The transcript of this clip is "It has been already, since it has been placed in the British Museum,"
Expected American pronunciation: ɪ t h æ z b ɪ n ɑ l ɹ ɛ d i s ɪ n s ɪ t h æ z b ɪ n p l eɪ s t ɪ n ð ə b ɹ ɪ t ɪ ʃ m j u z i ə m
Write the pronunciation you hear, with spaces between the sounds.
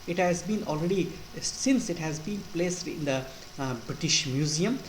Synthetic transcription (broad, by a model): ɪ t h æ z b ɪ n ɑ l ɹ ɛ d i s ɪ n s ɪ t h æ z b ɪ n p l eɪ s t ɪ n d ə b ɹ ɪ t ɪ ʃ m j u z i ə m